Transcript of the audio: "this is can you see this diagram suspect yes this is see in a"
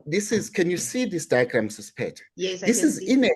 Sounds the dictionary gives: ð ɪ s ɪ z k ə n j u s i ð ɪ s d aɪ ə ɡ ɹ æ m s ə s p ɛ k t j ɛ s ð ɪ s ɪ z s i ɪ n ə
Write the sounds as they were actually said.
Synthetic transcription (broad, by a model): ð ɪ s ɪ z k ə n j u s i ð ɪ s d aɪ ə ɡ ɹ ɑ m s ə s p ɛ t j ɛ ð ɪ s ɪ z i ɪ n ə